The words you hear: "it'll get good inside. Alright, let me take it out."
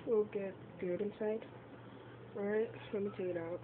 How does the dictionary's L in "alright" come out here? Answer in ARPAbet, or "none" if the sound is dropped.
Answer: none